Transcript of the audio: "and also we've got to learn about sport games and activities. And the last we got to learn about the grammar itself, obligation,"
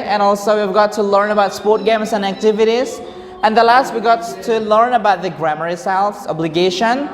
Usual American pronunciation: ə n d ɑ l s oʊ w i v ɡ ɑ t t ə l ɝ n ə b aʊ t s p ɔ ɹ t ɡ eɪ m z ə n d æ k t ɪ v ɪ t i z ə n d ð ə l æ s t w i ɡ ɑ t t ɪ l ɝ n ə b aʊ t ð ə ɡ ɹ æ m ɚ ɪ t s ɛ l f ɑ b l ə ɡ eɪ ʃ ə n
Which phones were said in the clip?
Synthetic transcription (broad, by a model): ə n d ɑ l s oʊ w i v ɡ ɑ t t ə l ɝ n ə b aʊ t s p ɔ ɹ t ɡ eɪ m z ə n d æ k t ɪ v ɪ t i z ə n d ð ə l æ s t w i ɡ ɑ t t ɪ l ɝ n ə b aʊ t ð ə ɡ ɹ æ m ɚ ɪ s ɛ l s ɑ b l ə ɡ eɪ ʃ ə n